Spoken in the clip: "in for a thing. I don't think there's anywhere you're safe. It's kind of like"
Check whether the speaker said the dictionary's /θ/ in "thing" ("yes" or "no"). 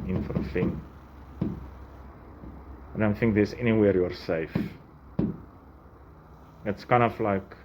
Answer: no